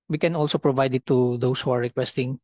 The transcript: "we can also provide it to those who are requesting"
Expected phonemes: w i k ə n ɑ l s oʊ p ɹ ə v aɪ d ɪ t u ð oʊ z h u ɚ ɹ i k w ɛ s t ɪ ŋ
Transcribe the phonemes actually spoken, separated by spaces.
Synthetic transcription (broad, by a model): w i k ə n ɑ l s oʊ p ɹ ə v aɪ d ɪ t u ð oʊ s h u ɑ ɹ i k w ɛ s t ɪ ŋ